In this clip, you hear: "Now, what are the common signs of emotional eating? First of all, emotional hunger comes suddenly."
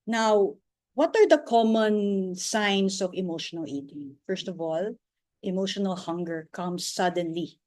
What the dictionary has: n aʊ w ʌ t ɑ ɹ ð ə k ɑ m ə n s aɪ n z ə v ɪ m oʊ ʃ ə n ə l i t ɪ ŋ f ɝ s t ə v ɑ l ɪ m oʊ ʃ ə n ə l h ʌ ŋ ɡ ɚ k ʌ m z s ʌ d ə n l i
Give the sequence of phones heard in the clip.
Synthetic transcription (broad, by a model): n aʊ w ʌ t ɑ ɹ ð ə k ɑ m ə n s aɪ n s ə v ɪ m oʊ ʃ ə n ə l i t ɪ ŋ f ɝ s t ə v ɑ l ɪ m oʊ ʃ ə n ə l h ʌ ŋ ɡ ɚ k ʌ m s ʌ d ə n l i